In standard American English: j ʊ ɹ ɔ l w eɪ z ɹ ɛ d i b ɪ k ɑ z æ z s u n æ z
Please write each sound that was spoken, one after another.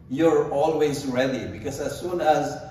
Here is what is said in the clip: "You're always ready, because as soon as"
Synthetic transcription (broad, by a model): j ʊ ɹ ɔ l w eɪ z ɹ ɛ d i b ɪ k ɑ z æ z s u n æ z